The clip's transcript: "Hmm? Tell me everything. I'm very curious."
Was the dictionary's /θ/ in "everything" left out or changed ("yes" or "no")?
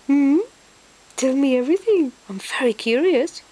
no